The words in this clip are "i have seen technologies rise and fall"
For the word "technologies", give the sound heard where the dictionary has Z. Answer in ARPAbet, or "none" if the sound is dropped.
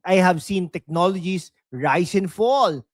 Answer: S